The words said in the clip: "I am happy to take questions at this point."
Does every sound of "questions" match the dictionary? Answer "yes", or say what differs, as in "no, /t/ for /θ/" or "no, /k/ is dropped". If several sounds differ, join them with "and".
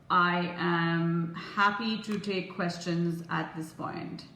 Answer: yes